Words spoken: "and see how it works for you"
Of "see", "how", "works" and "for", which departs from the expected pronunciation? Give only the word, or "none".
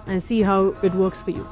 none